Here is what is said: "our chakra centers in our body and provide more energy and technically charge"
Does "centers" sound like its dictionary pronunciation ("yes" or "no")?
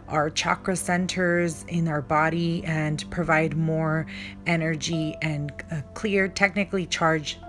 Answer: yes